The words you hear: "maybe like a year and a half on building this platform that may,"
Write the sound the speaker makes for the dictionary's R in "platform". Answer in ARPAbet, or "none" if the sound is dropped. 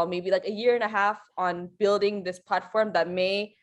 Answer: R